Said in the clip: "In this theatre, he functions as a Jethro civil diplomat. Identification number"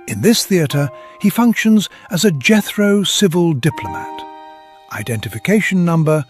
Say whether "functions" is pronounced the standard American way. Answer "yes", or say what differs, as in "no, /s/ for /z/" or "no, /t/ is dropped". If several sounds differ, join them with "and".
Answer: yes